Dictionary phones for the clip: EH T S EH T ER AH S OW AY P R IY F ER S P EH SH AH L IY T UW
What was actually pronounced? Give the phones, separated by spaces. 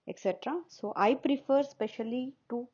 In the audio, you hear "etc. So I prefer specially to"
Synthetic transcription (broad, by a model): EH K S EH T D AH S OW AY P R IY F ER S P EH SH AH L IY T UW